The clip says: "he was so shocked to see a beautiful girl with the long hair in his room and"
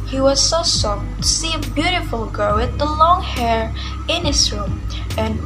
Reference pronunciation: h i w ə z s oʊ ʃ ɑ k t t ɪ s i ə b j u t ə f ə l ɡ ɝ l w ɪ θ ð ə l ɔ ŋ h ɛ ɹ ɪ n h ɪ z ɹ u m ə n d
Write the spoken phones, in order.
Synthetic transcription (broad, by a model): h i w ə z s oʊ s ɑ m t ɪ s i ə b j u t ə f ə l ɡ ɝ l w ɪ ð ə l ɔ ŋ h ɛ ɹ ɪ n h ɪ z ɹ u m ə n